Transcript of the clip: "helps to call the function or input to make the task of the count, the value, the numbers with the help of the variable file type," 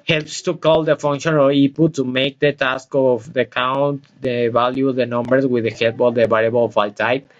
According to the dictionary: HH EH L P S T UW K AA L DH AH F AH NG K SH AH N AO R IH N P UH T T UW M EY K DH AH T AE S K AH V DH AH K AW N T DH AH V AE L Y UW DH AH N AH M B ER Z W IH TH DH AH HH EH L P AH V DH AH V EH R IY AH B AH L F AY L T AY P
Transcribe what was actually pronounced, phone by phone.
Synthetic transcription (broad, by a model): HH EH L P S T UW K AA L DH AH F AH NG K SH AH N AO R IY P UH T T UW M EY K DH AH T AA S K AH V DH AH K AW N T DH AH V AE L Y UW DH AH N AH M B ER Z W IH DH AH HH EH L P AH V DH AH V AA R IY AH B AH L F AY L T AY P